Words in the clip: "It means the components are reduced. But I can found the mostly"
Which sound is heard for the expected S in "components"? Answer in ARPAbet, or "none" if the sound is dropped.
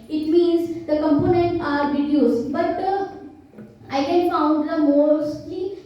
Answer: none